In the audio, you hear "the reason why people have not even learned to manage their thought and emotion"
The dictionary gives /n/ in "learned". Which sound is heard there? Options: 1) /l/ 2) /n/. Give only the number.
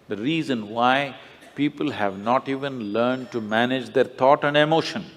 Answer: 2